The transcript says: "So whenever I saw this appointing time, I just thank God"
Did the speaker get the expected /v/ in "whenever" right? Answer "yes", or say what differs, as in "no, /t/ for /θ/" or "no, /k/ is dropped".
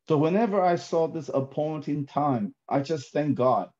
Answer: yes